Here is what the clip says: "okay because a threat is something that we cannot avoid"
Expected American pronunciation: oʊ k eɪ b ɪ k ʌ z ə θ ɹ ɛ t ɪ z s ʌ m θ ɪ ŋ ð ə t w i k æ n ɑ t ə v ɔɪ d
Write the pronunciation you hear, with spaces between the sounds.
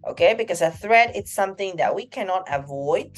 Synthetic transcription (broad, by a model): oʊ k eɪ b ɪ k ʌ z ə θ ɹ ɛ t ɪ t s ʌ m θ ɪ ŋ ð ə t w i k æ n ɑ t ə v ɔɪ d